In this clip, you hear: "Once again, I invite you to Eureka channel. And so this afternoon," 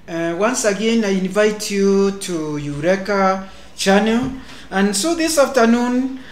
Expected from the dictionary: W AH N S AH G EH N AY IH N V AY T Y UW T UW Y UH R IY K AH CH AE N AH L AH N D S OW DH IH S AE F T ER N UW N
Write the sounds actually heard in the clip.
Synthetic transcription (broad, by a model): W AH N S AH G EH N AY IH N V AY T Y UW T UW Y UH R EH K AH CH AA N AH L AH N S OW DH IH S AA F T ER N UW N